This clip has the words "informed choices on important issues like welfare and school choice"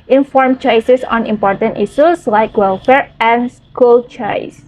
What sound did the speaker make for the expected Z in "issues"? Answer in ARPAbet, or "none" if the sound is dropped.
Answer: S